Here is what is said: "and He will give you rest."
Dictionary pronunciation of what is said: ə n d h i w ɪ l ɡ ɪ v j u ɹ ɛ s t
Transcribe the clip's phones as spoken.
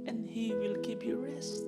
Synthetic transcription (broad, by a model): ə n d h i w ɪ l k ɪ p j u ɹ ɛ s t